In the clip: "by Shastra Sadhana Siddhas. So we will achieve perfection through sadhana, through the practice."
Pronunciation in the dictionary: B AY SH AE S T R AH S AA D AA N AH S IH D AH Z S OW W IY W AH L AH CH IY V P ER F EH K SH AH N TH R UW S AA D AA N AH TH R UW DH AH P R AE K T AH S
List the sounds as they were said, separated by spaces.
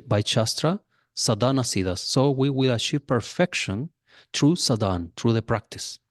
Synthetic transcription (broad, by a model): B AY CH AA S T R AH S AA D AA N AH S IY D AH S OW W IY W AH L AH SH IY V P ER F EH K SH AH N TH R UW S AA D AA N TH R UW DH AH P R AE K T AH S